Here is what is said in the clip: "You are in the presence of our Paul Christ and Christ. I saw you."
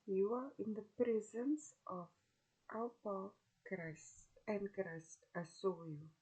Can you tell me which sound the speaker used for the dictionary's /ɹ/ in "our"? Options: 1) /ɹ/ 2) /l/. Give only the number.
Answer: 2